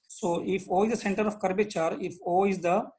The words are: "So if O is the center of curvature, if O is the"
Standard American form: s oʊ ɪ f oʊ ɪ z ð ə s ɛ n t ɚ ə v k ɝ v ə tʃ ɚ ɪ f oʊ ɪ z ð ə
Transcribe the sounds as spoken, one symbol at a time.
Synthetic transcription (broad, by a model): s oʊ ɪ f oʊ ɪ z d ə s ɛ n t ɚ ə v k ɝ b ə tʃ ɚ ɪ f oʊ ɪ z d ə